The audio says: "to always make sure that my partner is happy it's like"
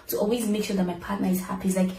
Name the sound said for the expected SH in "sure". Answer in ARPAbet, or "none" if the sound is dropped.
SH